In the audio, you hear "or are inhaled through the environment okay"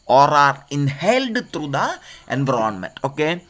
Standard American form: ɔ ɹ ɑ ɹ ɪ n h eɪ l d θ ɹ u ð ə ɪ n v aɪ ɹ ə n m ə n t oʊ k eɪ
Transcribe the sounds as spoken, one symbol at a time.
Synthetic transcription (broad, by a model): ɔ ɹ ɑ ɹ ɪ n h eɪ l d t ɹ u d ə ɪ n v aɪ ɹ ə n m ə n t oʊ k eɪ